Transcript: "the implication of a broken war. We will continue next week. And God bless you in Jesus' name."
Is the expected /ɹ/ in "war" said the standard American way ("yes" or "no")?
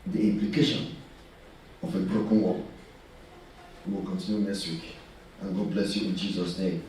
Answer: no